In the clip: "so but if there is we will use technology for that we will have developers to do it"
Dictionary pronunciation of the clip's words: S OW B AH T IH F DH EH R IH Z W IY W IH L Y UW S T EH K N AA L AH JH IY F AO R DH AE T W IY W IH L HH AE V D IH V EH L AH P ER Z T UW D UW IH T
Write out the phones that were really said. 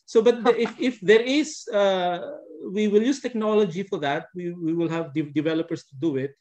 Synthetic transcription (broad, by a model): S OW B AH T IH F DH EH R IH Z W IY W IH L Y UW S T EH K N AA L AH JH IY F AO R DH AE T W IY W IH L HH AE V D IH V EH L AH P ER S T UW D UW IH T